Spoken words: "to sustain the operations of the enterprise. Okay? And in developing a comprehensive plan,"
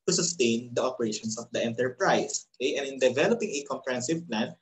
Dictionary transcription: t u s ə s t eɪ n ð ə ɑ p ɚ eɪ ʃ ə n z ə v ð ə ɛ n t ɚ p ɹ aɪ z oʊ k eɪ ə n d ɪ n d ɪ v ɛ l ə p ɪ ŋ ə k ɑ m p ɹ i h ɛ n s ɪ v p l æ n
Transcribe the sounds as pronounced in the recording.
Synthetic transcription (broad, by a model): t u s ə s t eɪ n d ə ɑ p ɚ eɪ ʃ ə n s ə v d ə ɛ n t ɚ p ɹ aɪ s oʊ k eɪ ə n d ɪ n d ɪ v ɛ l ə p ɪ ŋ ə k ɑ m p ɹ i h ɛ n s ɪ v p l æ n